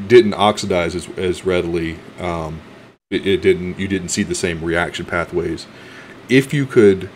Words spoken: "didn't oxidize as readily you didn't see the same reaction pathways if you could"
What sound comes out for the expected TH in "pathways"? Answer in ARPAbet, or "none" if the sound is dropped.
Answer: TH